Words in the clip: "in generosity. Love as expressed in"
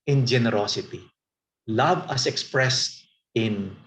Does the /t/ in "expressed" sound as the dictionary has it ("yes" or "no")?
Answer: yes